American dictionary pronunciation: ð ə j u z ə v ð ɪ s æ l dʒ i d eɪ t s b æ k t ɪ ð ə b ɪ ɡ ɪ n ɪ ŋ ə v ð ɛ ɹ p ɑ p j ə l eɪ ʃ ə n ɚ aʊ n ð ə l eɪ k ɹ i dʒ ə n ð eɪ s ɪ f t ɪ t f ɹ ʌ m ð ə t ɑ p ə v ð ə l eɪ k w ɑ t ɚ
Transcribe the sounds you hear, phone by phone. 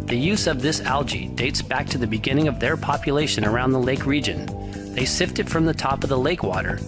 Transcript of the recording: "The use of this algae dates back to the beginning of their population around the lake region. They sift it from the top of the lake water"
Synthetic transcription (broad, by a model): ð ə j u z ə v ð ɪ s æ l dʒ i d eɪ t s b æ k t ɪ ð ə b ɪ ɡ ɪ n ɪ ŋ ə v ð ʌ ɹ p ɑ p j ə l eɪ ʃ ə n ɚ aʊ n ð ə l eɪ k ɹ i dʒ ə n ð eɪ s ɪ f t ɪ t f ɹ ʌ m ð ə t ɑ p ə v ð ə l eɪ k w ɑ t ɚ